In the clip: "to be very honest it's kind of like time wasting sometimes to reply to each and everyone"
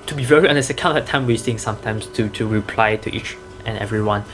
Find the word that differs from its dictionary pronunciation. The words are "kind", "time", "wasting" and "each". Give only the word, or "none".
kind